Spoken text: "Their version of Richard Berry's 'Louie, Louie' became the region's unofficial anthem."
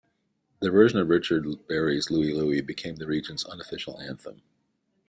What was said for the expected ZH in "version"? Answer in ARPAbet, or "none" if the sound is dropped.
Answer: ZH